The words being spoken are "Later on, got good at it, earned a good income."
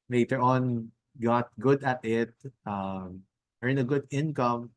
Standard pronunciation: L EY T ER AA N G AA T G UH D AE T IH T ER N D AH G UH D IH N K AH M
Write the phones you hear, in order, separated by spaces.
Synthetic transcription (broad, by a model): L EY T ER AA N G AA T G UH D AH T IH T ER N AH G UH D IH N K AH M